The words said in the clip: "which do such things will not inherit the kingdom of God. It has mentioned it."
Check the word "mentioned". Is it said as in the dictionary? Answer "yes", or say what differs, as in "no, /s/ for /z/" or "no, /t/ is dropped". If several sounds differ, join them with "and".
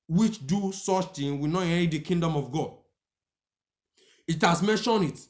no, /d/ is dropped